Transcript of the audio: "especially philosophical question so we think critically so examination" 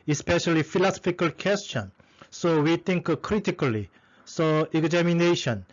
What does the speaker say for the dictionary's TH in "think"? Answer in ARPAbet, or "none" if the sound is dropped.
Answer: T